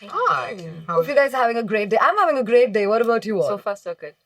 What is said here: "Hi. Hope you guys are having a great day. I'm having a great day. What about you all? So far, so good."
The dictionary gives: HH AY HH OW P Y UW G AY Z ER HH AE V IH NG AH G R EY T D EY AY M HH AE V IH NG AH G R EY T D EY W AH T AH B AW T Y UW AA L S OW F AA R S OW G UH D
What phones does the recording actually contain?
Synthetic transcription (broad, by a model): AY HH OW F Y UW G AY Z HH AE V IH NG AH G R EY T D EY AY M HH AE V IH NG AH G R EY T D EY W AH T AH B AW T Y UW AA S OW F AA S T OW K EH